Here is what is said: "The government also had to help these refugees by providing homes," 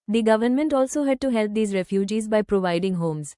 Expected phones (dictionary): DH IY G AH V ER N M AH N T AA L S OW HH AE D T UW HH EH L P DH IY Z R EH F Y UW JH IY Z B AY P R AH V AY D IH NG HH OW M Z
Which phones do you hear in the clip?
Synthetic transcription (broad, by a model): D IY G AH V ER N M AH N T AA L S OW HH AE D T UW HH EH L P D IY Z R EH F Y UW JH IY Z B AY P R AH V AY D IH NG HH OW M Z